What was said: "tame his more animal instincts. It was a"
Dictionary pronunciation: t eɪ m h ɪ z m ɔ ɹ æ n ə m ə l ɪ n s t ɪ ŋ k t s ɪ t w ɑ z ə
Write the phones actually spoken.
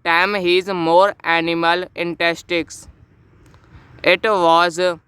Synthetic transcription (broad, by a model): t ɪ m h ɪ z m ɔ ɹ æ n ə m ə l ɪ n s t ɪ k s ɪ t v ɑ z